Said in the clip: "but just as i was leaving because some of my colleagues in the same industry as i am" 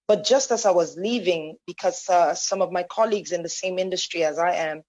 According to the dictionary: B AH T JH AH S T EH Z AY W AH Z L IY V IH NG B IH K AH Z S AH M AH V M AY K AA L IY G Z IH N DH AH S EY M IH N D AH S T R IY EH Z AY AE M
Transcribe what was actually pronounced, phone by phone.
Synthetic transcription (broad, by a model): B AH T JH AH S T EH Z AY W AH Z L IY V IH NG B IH K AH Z S AH M AH V M AY K AA L IY G Z IH N DH AH S EY M IH N D AH S T R IY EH Z AY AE M